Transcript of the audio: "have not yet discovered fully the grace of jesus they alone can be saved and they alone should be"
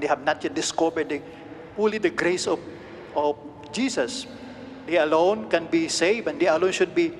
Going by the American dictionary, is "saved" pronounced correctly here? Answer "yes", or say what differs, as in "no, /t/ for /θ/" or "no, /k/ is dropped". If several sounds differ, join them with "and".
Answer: no, /d/ is dropped